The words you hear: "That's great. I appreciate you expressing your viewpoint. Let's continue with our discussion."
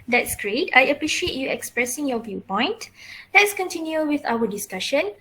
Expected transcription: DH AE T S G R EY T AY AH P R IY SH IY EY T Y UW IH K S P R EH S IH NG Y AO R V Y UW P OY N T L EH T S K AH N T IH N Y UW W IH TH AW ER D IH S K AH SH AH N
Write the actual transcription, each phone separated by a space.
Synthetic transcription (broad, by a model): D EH T S G R EY T AY AH P R IY SH IY EY T Y UW IH K S P R EH S IH NG Y AO V Y UW P OY N T L EH T S K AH N T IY N Y UW W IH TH AW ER D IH S K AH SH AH N